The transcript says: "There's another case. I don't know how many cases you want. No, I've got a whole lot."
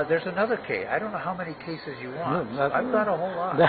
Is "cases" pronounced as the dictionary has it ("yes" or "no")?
yes